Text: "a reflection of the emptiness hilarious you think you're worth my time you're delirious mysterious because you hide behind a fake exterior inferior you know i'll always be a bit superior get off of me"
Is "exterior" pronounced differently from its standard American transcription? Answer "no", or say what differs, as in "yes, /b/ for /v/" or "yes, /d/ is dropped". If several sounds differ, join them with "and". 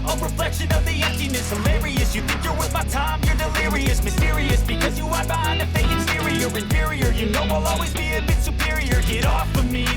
yes, /k/ is dropped